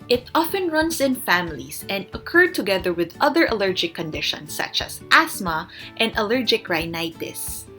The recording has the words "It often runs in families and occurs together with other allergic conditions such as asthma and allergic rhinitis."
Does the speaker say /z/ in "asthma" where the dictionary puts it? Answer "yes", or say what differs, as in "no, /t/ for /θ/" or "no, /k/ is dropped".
no, /s/ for /z/